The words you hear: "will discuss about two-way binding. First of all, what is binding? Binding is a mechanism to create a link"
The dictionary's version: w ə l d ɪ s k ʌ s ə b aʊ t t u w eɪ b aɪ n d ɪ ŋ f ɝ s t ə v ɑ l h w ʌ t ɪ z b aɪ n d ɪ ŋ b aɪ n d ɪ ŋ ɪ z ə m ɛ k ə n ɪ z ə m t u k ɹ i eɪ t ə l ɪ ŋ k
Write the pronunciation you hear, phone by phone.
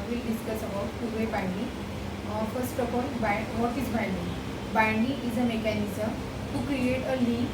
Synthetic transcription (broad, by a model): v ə l d ɪ s k ʌ s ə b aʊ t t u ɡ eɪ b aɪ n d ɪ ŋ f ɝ s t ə p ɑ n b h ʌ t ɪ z b aɪ n d ɪ ŋ b aɪ n d ɪ ŋ ɪ z ə m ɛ k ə n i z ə m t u k ɹ i eɪ t ə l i